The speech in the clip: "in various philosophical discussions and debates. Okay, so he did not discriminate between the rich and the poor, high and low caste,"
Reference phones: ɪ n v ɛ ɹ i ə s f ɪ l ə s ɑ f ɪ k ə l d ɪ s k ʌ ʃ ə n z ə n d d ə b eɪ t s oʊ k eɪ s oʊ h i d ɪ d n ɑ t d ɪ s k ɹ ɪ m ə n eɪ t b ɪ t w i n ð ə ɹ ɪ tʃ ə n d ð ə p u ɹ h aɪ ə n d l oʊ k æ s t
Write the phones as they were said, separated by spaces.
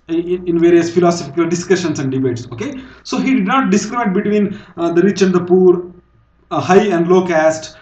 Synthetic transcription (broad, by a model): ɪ n v ɛ ɹ i ə s f ɪ l ə s ɑ f ɪ k ə l d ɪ s k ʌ ʃ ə n s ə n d d ə b eɪ t s oʊ k eɪ s oʊ h i d ɪ d n ɑ t d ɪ s k ɹ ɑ ə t b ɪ t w i n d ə ɹ ɪ tʃ ə n d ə p u ɹ h aɪ ə n d l oʊ k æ s t